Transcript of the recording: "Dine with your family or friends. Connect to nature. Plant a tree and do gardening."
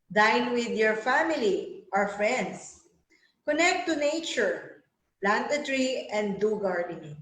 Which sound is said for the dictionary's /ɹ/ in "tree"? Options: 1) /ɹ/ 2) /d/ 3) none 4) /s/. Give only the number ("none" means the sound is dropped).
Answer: 1